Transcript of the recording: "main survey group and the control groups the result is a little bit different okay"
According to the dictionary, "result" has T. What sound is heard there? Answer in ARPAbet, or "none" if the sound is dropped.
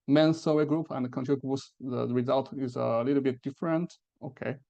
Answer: T